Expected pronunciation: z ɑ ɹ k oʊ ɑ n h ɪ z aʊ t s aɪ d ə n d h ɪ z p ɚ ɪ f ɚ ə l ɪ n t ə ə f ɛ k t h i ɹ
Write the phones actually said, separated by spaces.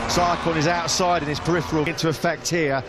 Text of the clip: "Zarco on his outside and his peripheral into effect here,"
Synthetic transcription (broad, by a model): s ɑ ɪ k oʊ ɑ n ɪ z aʊ t s aɪ d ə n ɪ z p ɚ ɪ f ɚ ə l ɪ n t ə ə f ɛ k t h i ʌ